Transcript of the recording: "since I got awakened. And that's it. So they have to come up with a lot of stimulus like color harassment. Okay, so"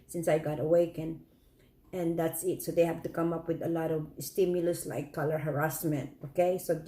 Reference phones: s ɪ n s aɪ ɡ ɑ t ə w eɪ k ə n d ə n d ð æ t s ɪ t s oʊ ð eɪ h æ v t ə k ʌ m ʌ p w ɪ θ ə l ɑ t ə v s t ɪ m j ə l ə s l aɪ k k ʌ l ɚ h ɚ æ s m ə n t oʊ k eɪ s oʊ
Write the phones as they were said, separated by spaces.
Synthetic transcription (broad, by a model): s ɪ n s aɪ ɡ ɑ t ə w eɪ k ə n ə n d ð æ t s ɪ t s oʊ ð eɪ h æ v t ə k ʌ m ʌ p w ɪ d ə l ɑ t ə v s t ɪ m j ə l ə s l aɪ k k ʌ l ɚ h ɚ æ s m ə n t oʊ k eɪ s oʊ